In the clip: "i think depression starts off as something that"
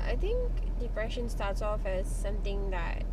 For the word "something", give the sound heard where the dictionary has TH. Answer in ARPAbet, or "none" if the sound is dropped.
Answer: T